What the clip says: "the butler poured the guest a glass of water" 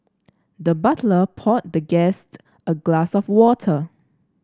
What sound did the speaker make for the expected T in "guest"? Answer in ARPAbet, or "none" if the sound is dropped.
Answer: T